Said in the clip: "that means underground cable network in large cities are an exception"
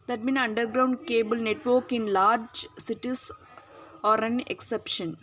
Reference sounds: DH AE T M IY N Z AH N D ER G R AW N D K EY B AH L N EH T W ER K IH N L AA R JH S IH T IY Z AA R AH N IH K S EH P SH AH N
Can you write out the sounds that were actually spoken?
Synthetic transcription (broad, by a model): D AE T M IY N AH N D ER G R AW N D K EY B AH L N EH T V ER K IH N L AA R JH S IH T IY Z AA R AH N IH K S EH P SH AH N